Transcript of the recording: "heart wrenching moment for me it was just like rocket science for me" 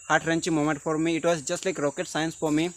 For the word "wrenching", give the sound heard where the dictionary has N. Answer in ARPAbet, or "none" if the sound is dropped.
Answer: N